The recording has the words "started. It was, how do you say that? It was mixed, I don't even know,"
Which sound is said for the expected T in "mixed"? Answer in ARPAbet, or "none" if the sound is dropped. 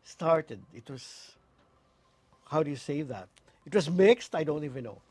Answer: T